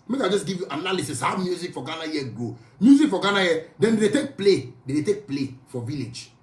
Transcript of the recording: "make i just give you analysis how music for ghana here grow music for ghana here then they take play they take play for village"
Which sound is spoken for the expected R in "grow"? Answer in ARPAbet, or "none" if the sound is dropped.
none